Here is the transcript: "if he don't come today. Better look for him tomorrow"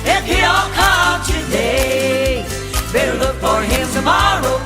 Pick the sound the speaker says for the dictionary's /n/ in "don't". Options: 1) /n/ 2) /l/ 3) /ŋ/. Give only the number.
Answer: 2